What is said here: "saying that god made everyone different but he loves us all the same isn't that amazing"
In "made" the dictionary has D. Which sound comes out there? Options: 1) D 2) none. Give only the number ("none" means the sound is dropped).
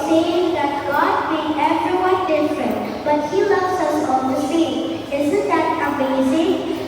2